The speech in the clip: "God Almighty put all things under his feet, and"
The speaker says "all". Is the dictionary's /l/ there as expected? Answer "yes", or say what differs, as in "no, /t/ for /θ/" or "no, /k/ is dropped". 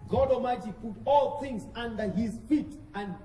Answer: yes